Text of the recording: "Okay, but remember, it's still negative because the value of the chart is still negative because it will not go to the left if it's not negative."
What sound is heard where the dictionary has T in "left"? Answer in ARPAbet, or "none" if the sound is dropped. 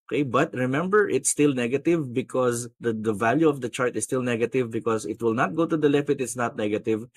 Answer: none